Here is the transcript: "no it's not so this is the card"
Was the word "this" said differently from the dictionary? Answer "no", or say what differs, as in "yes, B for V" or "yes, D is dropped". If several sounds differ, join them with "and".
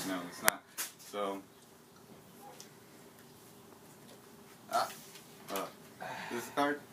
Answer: yes, S is dropped